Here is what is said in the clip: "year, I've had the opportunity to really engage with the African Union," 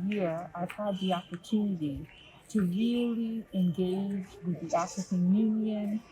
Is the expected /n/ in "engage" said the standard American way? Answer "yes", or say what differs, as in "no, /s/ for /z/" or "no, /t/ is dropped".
yes